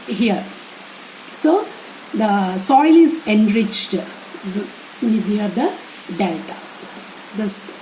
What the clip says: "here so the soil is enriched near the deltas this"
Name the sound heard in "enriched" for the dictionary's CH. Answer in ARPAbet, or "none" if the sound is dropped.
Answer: CH